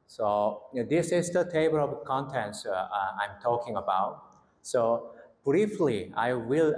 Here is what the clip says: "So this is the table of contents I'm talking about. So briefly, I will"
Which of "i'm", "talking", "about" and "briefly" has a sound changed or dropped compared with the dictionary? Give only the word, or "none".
none